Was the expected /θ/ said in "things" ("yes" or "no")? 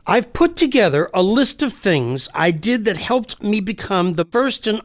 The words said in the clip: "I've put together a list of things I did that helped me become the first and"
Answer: yes